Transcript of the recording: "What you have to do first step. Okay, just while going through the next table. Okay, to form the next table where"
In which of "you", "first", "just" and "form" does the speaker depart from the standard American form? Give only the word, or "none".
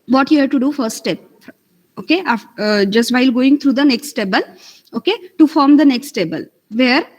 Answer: first